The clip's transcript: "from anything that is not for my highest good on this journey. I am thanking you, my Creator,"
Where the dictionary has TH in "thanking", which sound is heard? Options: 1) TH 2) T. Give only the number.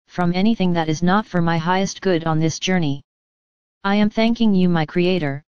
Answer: 1